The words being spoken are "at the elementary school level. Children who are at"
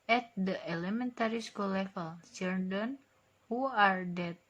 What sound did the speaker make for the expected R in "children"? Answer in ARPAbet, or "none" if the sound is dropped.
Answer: none